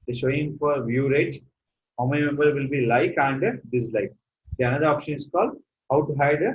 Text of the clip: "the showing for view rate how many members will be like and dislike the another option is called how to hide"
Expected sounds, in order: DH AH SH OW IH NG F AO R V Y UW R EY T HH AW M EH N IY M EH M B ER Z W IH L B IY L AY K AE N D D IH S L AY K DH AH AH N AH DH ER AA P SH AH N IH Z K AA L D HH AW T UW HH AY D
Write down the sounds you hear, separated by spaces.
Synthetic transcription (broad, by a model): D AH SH OW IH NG F AO R V Y UW R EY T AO M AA IY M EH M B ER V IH L B IY L AY K AE N D D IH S L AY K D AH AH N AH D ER AA P SH AH N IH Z K AA L D HH AW T UW HH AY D